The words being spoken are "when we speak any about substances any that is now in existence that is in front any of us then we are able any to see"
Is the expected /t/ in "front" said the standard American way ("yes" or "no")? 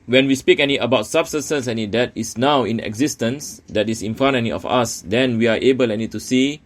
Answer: no